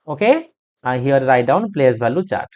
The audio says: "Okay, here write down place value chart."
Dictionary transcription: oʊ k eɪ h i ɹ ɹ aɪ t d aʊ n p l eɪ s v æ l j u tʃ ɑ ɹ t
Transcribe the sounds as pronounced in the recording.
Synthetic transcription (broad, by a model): oʊ k eɪ h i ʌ ɹ aɪ t d aʊ n p l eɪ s b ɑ l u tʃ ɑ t